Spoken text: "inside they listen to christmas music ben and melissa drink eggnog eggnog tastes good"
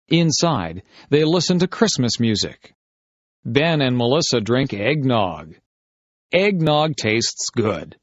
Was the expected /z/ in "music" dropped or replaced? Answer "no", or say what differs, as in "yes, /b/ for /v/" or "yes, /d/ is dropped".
no